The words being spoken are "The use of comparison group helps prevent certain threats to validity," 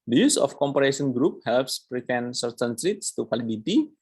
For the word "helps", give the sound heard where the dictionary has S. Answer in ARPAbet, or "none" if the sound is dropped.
S